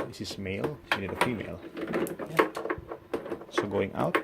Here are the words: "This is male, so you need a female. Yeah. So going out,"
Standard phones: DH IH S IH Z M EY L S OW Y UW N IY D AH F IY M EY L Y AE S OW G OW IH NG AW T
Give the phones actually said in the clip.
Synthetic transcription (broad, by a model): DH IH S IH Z M EY L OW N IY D AH F IY M EY L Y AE S OW G OW IH NG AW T